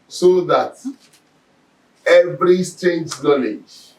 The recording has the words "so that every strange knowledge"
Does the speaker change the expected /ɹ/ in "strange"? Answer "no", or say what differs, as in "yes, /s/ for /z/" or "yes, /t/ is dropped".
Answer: yes, /ɹ/ is dropped